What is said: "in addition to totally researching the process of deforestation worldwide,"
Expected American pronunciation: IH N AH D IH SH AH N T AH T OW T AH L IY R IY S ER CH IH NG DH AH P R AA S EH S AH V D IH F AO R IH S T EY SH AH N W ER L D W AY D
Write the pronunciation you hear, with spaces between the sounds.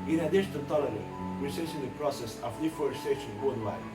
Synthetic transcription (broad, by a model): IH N AH D IH SH AH N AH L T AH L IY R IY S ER S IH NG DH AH P R AA S EH S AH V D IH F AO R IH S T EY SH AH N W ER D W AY